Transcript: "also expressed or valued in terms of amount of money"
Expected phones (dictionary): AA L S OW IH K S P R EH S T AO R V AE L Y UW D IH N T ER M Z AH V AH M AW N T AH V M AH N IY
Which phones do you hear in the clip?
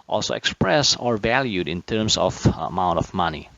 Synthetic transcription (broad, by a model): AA L S OW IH K S P R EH S AO R V AE L Y UW D IH N T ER M S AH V AH M AW N T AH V M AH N IY